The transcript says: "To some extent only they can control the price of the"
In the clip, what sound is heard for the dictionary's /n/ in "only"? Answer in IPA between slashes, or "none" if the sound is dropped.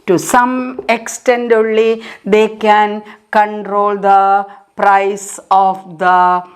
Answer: none